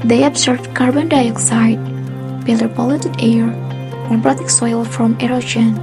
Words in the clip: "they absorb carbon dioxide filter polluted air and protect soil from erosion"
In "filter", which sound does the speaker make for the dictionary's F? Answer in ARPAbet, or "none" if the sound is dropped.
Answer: P